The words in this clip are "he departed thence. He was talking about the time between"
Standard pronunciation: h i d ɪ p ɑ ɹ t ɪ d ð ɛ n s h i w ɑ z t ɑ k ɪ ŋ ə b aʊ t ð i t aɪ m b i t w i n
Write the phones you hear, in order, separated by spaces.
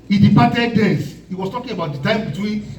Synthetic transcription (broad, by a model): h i d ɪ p ɑ t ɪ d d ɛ s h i w ɑ s t ɑ k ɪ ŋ ə b aʊ t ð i t aɪ m b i t w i n